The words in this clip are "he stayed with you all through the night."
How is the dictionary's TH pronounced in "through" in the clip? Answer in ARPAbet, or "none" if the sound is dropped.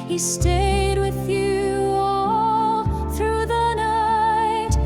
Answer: TH